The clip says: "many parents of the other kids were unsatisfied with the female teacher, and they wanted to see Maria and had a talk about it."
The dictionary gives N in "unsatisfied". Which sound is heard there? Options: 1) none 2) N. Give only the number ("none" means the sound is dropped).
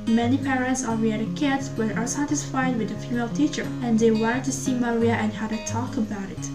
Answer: 1